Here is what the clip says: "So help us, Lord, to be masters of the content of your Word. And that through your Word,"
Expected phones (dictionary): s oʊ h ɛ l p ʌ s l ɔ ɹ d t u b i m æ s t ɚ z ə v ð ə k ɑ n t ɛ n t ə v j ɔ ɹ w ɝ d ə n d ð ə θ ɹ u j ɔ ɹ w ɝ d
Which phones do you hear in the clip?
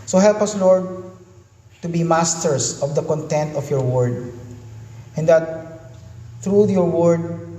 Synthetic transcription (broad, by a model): s oʊ h ɛ l p ʌ s l ɔ ɹ d t u b i m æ s t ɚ s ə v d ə k ɑ n t ɛ n t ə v j ɔ ɹ w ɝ d ə n d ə t ɹ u j ɔ ɹ w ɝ d